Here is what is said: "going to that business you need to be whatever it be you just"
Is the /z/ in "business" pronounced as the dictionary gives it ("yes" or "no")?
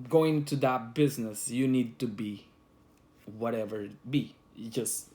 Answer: yes